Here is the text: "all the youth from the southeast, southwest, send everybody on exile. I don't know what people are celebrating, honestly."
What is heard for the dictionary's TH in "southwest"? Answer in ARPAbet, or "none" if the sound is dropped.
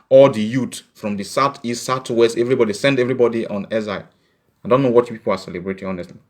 T